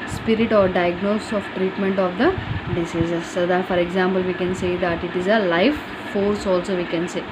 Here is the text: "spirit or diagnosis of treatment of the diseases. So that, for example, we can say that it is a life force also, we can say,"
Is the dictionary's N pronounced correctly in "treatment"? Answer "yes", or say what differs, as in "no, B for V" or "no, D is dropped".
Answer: yes